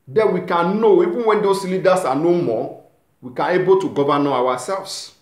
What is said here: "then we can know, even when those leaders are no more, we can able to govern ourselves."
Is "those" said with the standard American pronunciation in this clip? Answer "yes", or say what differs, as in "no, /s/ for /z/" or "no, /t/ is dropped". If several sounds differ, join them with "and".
no, /s/ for /z/